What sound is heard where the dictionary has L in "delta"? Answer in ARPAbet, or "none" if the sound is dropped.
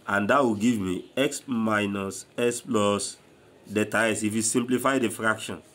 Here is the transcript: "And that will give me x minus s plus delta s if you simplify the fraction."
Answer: none